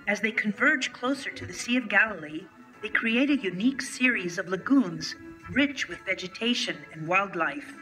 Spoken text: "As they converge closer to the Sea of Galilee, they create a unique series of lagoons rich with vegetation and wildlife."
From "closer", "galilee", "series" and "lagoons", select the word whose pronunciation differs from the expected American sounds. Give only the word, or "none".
none